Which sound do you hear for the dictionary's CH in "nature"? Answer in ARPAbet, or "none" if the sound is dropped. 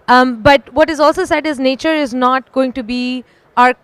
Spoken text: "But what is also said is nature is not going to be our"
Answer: CH